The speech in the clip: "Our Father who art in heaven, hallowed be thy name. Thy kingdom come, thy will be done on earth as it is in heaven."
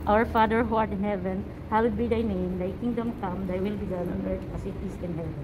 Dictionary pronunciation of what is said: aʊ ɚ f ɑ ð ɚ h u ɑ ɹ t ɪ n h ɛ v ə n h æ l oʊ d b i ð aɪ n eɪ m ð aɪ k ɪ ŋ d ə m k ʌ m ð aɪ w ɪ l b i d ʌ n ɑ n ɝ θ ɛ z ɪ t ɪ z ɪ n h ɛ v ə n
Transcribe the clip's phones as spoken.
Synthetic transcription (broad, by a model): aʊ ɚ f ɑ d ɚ h u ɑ ɹ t ɪ n h ɛ v ə n h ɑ w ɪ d b i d aɪ n eɪ m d aɪ k ɪ ŋ d ə m k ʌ m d aɪ w ɪ l b i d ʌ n ɑ n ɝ t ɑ s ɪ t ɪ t ɪ n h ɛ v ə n